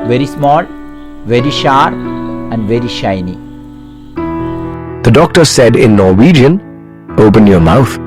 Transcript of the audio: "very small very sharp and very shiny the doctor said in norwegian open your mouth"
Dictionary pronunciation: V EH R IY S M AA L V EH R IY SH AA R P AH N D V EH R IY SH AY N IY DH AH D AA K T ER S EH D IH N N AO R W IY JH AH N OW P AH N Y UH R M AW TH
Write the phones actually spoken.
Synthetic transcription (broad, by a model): V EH R IY S M AA L V EH R IY SH AA R AH N D V EH R IY SH AY N IY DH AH D AA K T ER S EH D IH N N AO R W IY JH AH N OW P AH N Y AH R M AW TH